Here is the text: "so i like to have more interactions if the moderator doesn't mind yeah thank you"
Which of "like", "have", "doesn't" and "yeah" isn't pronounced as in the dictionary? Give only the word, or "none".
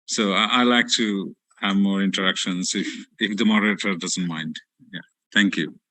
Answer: none